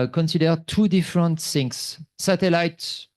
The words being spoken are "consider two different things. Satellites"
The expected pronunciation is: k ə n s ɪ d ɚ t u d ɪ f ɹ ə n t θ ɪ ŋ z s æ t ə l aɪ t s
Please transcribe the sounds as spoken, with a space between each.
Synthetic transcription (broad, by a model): k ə n s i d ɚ t u d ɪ f ɹ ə n t s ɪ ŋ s s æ t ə l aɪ t